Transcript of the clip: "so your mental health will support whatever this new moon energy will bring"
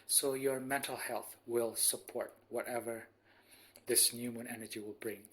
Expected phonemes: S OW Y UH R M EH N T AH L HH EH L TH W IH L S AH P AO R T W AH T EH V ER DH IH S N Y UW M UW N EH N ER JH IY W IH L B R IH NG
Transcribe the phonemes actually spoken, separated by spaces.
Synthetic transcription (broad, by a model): S OW Y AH R M EH N T AH L HH EH L TH W IH L S AH P AO R T W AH T EH V ER DH IH S N Y UW M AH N EH N ER JH IY W IH L B R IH NG